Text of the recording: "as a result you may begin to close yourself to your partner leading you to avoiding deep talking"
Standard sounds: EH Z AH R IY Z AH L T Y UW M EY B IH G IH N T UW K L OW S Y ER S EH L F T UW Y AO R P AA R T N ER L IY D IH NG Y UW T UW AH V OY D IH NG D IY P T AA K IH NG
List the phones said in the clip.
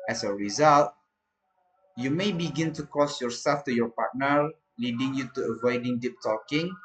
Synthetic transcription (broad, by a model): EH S AH R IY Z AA L T Y UW M EY B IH G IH N T UW K OW S Y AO S EH L F T UW Y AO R P AA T N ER L IY D IH NG Y UW T UW AH V OY D IH NG D IY P T AA K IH NG